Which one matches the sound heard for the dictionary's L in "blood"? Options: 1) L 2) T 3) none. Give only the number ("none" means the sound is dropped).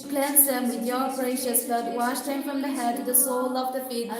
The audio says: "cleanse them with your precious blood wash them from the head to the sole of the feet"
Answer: 3